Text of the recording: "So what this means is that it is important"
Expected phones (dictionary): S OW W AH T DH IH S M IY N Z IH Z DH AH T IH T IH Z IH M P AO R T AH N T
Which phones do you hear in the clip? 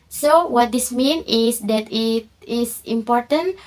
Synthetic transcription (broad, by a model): S OW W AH T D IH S M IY N IH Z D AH T IH T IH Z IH M P AO R T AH N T